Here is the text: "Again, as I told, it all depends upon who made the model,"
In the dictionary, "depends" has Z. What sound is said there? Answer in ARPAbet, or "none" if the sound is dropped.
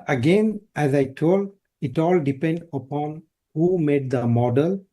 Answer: none